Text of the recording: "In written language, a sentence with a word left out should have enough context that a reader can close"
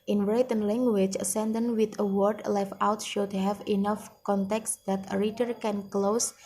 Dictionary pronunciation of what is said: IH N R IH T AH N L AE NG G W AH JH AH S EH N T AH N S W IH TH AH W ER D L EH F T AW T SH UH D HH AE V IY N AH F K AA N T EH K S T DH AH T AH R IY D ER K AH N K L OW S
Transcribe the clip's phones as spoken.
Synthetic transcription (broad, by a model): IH N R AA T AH N L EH NG G W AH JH AH S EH N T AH N W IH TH AH W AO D L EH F AW T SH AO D HH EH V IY N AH F K AA N T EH K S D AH T AH R IY D ER K AH N K L OW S